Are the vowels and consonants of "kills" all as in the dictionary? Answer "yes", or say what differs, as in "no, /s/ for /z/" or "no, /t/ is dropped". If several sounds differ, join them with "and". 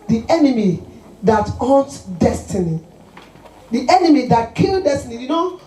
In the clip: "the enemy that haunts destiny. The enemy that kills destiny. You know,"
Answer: no, /z/ is dropped